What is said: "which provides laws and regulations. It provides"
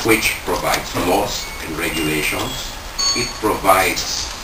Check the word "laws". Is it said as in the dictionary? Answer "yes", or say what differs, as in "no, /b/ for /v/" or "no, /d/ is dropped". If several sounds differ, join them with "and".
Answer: no, /s/ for /z/